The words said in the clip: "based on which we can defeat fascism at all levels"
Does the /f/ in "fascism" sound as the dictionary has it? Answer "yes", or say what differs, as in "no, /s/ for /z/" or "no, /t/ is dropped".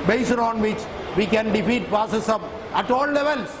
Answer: no, /p/ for /f/